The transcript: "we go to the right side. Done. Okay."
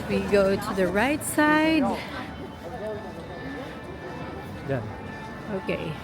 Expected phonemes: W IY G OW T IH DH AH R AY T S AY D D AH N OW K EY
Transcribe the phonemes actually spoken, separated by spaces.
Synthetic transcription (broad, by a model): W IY G OW T IH DH AH R AY T S AY D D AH OW K EY